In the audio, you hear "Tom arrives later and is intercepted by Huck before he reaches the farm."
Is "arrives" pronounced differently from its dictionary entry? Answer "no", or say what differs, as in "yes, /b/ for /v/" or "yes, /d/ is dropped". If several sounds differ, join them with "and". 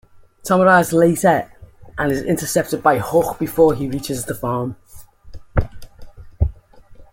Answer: yes, /v/ is dropped